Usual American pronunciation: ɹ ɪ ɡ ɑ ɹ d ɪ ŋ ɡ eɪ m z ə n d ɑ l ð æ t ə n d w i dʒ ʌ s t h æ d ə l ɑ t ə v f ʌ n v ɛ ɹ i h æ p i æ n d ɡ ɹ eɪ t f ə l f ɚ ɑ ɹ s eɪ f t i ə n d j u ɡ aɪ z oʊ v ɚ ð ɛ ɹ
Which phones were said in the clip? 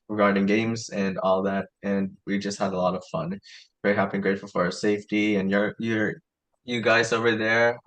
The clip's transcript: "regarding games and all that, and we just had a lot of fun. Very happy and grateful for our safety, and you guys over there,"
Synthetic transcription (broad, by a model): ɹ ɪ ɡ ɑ ɹ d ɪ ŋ ɡ eɪ m z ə n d ɑ l ð æ t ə n w i dʒ ʌ s t h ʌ d ə l ɑ t ə v f ʌ n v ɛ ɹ h æ p i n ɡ ɹ eɪ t f l f ɚ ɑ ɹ s eɪ f t i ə n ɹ j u ɡ aɪ z oʊ v ɚ ð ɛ ɹ